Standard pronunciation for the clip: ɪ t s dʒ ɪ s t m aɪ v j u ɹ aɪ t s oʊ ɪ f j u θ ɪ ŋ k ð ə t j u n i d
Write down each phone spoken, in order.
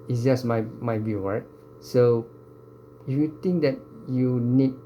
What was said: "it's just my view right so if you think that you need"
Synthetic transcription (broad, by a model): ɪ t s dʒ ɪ s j m aɪ b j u ɹ aɪ t s oʊ ɪ f j u t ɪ ŋ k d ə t j u n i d